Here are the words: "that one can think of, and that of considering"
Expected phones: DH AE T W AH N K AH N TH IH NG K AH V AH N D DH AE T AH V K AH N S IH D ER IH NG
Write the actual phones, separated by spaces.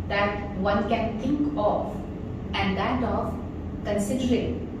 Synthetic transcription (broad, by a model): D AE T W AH N K AH N T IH NG K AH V AH N D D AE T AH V K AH N S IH D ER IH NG